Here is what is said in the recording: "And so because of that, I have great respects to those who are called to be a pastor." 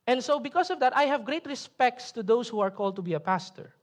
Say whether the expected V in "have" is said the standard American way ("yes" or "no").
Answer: yes